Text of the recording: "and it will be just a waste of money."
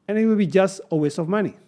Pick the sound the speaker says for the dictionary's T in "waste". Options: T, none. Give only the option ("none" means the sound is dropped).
none